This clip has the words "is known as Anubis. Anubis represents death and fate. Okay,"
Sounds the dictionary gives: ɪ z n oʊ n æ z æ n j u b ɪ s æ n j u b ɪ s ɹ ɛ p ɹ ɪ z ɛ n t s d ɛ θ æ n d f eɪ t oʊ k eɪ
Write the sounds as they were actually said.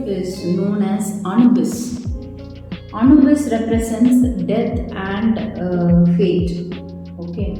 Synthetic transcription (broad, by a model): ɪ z n oʊ n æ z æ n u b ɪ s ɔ n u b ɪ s ɹ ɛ p ɹ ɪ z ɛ n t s d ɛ t æ n d f eɪ t oʊ k eɪ